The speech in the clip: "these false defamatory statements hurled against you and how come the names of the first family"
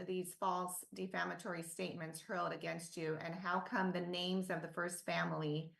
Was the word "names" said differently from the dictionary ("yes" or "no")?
no